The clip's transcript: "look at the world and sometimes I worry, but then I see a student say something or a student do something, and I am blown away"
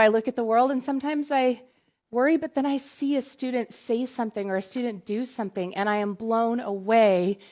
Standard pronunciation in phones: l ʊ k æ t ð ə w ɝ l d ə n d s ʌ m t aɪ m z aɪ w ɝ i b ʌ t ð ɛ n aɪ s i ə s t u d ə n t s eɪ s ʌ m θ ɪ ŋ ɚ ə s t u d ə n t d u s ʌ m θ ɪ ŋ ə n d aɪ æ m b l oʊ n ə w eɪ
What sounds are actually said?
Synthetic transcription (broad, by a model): l ʊ k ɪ t ð ə w ɝ l d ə n s ʌ m t aɪ m z aɪ w ɝ i b ʌ t ð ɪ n aɪ s i ə s t u d n t s eɪ s ʌ m θ ɪ ŋ ɚ ə s t u d n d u s ʌ m θ ɪ ŋ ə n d aɪ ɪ m b l oʊ n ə w eɪ